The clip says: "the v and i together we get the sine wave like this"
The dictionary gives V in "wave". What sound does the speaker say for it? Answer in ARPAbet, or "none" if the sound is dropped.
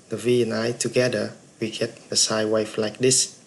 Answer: F